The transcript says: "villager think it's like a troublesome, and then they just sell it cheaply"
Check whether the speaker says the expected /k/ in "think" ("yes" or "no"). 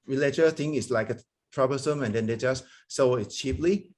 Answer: no